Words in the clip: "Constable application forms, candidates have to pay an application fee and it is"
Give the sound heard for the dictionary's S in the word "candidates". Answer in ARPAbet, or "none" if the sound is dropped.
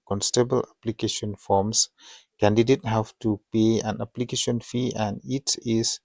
none